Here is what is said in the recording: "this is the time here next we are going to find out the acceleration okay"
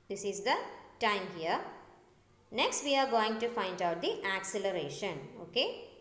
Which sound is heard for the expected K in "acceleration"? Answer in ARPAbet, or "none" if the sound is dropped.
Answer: K